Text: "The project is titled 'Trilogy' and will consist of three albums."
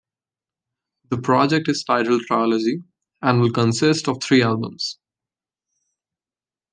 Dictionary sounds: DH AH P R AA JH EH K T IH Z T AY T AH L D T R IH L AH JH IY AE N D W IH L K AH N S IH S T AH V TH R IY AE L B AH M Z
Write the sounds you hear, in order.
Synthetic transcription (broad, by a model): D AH P R AA JH EH K T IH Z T AY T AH L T R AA L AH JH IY AE N D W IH L K AH N S IH S T AH V T R IY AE L B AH M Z